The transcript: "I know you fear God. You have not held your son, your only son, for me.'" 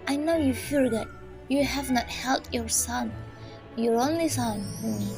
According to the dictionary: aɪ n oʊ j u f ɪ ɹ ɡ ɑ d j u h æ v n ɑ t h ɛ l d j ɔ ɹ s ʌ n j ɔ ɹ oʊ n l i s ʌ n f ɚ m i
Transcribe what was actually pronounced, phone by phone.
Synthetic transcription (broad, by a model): aɪ n oʊ j u f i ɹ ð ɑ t j u h æ v n ɑ t h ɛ l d j ɔ ɹ s ʌ n j ɔ ɹ oʊ n l i s ʌ n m